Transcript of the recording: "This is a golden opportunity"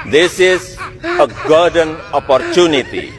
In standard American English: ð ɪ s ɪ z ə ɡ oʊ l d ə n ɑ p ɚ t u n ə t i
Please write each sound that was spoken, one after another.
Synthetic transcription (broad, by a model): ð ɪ s ɪ z ə ɡ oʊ d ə n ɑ p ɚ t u n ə t i